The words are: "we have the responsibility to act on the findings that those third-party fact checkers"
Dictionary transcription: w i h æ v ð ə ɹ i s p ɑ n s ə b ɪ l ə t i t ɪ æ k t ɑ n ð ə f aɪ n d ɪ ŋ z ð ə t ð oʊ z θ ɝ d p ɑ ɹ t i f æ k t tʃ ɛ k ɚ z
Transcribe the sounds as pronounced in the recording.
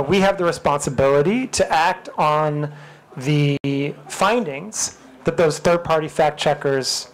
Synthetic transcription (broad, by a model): w i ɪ v ð ə ɹ i s p ɑ n s ə b ɪ l ə t i t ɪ æ k t n ð ə f aɪ n d ɪ ŋ z ð ə t ð oʊ z θ ɝ d p ɑ ɹ t i f æ k tʃ ɛ k ɚ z